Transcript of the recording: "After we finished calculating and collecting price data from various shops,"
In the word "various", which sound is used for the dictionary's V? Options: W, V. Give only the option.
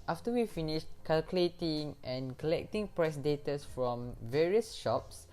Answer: V